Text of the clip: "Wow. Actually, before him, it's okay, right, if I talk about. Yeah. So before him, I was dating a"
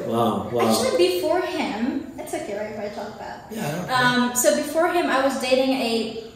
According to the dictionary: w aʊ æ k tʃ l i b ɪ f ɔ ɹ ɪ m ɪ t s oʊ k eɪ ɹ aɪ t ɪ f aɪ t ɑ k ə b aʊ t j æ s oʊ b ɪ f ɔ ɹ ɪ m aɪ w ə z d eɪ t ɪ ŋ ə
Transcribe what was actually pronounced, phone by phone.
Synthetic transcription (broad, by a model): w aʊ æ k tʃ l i b ɪ f ɔ ɹ ɪ m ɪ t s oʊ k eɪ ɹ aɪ ɪ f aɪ t ɑ k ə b aʊ t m s oʊ b ɪ f ɔ ɹ ɪ m aɪ w ə z d eɪ t ɪ ŋ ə